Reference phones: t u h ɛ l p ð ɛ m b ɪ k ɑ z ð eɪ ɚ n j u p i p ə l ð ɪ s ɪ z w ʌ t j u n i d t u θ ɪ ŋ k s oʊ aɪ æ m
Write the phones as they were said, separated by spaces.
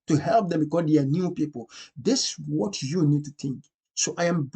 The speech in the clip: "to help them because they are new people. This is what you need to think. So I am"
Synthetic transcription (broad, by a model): t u h ɛ l p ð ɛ m b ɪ k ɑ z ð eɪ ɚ n j u p i p ə l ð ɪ s w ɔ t j u n i d t u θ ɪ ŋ k s oʊ aɪ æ m